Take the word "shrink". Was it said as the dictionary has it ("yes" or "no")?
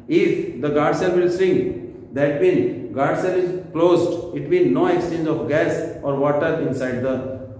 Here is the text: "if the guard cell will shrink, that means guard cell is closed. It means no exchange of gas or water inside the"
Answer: no